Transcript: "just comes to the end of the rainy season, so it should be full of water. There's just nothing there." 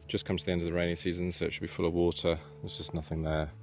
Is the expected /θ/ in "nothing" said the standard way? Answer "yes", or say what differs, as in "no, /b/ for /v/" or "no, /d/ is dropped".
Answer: yes